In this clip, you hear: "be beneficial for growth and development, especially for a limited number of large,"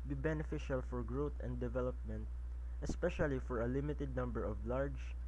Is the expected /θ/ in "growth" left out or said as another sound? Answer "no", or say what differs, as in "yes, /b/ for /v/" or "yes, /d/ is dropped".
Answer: yes, /t/ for /θ/